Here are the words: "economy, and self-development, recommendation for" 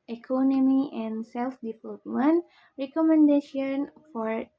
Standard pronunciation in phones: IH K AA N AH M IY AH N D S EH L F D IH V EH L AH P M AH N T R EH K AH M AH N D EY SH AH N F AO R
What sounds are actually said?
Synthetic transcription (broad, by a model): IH K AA N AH M IY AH N S EH L F D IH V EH L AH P M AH N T R EH K AH M AH N D EY SH AH N F AO R